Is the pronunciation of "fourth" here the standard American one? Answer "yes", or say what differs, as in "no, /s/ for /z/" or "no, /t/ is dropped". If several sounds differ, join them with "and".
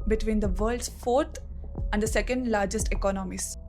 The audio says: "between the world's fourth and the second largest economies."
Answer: no, /t/ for /θ/